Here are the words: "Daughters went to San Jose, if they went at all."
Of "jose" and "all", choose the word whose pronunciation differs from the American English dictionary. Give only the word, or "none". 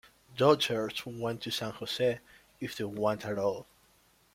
jose